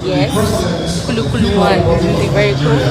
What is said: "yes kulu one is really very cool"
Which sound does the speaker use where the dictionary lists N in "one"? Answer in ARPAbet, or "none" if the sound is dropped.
L